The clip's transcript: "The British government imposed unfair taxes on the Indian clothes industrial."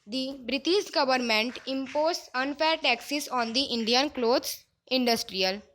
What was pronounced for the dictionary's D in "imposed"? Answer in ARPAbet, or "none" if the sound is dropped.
none